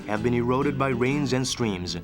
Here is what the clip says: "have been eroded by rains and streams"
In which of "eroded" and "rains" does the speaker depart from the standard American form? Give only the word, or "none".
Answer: none